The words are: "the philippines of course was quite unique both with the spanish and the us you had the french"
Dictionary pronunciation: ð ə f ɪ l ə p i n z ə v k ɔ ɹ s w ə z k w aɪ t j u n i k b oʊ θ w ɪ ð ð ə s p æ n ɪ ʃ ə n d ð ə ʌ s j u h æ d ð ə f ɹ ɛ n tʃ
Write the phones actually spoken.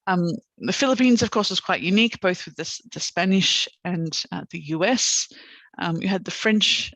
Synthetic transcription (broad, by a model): ð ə f ɪ l ə p i n z ə v k ɔ ɹ s w ə z k w aɪ t j u n i k b oʊ θ w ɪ ð ð ə s p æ n ɪ ʃ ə n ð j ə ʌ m j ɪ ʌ d ð ə f ɹ ɛ n tʃ